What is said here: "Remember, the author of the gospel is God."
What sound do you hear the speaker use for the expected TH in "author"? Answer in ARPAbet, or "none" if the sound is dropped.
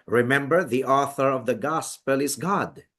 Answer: TH